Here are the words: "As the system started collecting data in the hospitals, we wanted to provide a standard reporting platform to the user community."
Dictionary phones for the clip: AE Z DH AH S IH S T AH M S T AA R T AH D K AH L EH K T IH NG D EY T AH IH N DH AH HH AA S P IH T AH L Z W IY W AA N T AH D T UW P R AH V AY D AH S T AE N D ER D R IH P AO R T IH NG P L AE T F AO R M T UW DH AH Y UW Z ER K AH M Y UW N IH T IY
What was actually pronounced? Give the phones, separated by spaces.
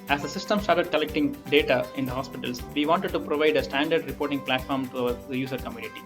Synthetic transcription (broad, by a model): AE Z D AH S IH S T AH M S T AA R T AH D K AH L EH K T IH NG D EY T AH IH N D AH HH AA S P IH T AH L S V IY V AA N T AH D T UW P R AH V AY D AH S T AE N D ER D R IH P AO R T IH NG P L AE T F AO R M T UW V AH Y UW S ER K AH M Y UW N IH T IY